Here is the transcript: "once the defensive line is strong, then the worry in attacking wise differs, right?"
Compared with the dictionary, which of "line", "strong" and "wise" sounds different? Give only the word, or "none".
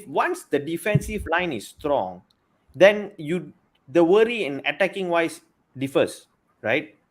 wise